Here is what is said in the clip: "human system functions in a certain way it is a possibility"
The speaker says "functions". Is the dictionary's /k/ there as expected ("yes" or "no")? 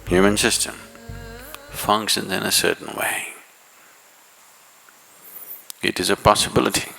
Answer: yes